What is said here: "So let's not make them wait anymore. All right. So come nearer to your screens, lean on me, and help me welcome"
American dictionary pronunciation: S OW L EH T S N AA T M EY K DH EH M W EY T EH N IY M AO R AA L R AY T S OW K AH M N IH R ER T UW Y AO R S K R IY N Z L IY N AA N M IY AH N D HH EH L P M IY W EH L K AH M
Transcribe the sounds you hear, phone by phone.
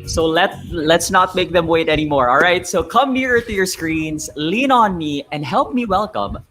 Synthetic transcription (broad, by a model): S OW L EH T S N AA T M EY K DH EH M W EY T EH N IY M AO R AA L R AY T S OW K AH M N IH R ER T UW Y AO R S K R IY N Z L IY N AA N M IY AH N D HH EH L P M IY W EH L K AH M